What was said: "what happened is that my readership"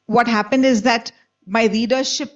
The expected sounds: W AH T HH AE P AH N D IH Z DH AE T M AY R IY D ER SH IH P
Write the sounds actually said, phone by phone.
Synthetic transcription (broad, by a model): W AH T HH AE P AH N D IH Z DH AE T M AY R IY D ER SH IH P